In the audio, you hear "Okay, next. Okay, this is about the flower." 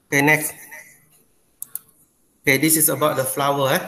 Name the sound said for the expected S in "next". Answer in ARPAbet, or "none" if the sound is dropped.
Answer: none